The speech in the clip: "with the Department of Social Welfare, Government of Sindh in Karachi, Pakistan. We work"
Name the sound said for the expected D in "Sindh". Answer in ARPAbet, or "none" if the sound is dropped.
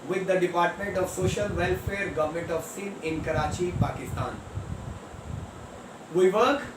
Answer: none